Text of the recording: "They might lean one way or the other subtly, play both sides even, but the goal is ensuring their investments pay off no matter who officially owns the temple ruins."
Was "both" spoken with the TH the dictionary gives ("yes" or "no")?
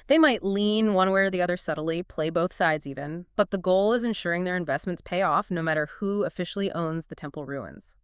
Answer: yes